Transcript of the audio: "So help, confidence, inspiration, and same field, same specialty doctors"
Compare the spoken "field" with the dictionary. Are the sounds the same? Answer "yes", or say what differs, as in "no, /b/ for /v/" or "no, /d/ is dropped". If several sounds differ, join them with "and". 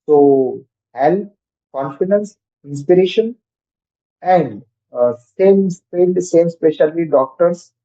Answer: no, /p/ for /f/